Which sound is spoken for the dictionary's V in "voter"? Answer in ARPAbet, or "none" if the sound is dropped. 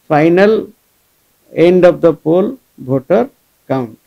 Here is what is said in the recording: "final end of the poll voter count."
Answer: B